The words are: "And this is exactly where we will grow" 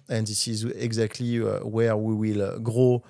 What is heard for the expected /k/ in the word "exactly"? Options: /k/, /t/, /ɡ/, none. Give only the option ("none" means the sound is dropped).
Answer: /k/